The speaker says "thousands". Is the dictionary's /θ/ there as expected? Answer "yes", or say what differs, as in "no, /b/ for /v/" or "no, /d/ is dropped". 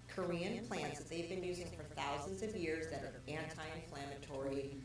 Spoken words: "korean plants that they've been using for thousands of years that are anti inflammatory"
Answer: yes